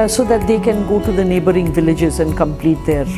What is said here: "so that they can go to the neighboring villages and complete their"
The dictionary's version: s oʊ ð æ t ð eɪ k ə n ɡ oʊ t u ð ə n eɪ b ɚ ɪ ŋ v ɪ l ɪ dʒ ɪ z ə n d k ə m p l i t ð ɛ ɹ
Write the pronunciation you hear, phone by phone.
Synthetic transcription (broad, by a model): s oʊ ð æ t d eɪ k ə n ɡ oʊ t u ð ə n eɪ b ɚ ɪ ŋ v ɪ l ɪ dʒ ɪ z ə n d k ə m p l i t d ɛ ɹ